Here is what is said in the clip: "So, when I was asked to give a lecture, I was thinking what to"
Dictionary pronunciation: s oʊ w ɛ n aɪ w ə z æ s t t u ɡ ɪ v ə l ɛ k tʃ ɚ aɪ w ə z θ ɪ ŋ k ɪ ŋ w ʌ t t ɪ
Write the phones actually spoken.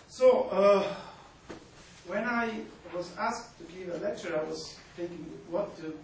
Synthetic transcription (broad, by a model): s oʊ w ɛ n aɪ w ə z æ s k t u ɡ ɪ v ə l ɛ k tʃ ɚ aɪ w ə z t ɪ k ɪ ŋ w ʌ t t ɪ